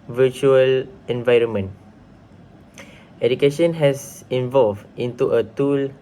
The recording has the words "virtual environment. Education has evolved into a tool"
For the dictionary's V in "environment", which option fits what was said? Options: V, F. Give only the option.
V